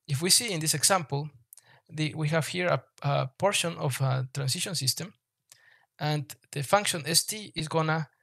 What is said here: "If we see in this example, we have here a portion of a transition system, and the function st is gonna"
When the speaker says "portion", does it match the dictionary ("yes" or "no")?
yes